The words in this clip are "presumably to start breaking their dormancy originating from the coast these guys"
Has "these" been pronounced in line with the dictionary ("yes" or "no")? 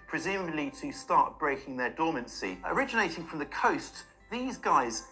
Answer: yes